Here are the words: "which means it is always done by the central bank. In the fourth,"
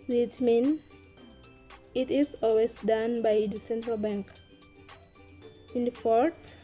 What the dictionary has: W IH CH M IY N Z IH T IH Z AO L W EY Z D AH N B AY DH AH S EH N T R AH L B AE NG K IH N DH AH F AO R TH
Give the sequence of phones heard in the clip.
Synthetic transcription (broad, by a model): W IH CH M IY N IH T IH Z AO L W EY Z D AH N B AY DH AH S EH N T R AH L B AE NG K IH N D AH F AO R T